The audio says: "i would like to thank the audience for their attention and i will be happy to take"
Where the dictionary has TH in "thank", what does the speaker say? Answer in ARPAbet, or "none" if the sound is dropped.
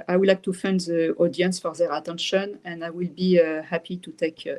F